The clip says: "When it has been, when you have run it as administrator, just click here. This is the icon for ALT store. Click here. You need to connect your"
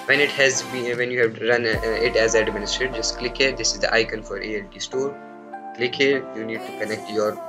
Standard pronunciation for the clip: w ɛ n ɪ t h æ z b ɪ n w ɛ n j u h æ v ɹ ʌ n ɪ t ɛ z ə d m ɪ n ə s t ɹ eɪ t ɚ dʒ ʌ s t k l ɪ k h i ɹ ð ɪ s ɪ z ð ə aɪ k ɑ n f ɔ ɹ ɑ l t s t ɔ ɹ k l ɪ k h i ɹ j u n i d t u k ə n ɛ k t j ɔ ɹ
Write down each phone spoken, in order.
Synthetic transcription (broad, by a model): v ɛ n ɪ t h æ z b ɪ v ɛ n j u h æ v ɹ ʌ n ɪ t ɛ z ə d m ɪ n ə s t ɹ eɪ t dʒ ʌ s t k l ɪ k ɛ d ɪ s ɪ z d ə aɪ k ɑ n f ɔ ɹ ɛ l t s t ɔ ɹ k l ɪ k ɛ j u n i d t u k ə n ɛ k t j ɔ ɹ